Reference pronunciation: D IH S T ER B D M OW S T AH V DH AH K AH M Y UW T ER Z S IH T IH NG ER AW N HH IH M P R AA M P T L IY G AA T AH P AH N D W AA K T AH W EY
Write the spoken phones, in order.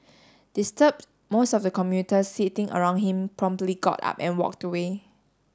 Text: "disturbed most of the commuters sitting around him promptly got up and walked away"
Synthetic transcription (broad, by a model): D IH S T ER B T M OW S T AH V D AH K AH M Y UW T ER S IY T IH NG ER AW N HH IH M P R AA M P T L IY G AA T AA P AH N W AA K T AH W EY